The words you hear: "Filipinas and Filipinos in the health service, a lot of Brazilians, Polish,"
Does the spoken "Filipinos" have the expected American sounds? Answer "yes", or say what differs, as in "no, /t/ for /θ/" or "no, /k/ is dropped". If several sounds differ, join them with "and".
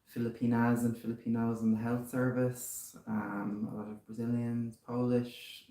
yes